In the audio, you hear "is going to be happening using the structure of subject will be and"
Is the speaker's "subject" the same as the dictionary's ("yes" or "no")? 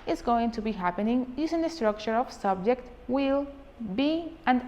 yes